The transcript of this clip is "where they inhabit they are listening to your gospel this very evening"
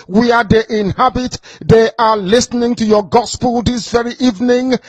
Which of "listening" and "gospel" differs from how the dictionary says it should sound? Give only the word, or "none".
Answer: none